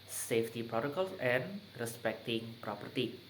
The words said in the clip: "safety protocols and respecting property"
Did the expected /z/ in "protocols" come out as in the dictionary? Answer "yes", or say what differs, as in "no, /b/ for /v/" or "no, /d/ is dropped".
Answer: no, /z/ is dropped